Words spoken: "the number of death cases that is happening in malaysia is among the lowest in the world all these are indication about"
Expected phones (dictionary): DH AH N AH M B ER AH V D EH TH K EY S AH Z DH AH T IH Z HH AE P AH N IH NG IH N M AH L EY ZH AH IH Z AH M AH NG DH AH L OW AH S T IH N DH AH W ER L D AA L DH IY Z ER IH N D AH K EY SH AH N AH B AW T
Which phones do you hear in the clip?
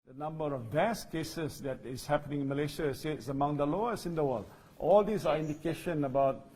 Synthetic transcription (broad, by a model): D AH N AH M B ER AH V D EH S K EY S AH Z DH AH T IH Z HH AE P AH N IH NG IH N M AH L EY SH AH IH S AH M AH NG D AH L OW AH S IH N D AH W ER L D AA L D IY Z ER IH N D AH K EY SH AH N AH B AW T